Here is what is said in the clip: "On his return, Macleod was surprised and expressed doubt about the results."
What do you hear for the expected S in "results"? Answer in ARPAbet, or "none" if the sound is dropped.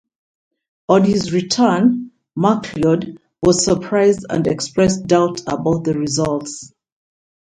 S